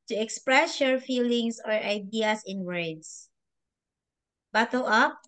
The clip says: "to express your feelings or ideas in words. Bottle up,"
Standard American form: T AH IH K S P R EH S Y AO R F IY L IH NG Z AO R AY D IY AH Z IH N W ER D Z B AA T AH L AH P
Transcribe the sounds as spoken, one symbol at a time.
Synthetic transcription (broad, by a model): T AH IH K S P R EH S Y AO R F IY L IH NG S AO R AY D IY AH S IH N W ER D S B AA T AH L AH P